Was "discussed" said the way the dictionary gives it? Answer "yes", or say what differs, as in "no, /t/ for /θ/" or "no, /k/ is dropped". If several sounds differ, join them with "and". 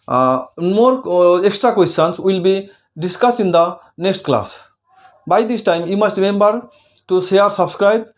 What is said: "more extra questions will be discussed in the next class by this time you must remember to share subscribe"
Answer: no, /t/ is dropped